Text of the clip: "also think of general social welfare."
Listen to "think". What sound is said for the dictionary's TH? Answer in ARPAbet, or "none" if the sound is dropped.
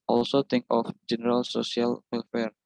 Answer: T